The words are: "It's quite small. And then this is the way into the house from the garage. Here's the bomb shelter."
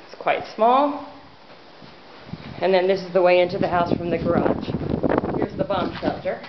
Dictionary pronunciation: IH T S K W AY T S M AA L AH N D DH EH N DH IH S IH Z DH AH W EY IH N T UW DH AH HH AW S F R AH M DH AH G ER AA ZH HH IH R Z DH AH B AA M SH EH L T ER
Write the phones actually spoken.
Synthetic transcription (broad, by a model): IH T S K W AY T S M AA L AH N DH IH N DH IH S IH Z DH AH W EY IH N T UW DH AH HH AW S F R AH M DH AH G ER AA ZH HH IH R Z DH AH B AA M SH EH L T ER